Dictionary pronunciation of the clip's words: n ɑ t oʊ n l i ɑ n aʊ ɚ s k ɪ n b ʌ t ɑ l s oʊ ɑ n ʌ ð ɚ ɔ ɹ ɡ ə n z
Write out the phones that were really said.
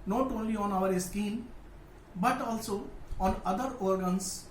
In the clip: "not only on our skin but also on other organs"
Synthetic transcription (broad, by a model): n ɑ t oʊ n l i ɑ n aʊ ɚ s k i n b ʌ t ɑ l s oʊ ɑ n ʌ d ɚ ɔ ɹ ɡ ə n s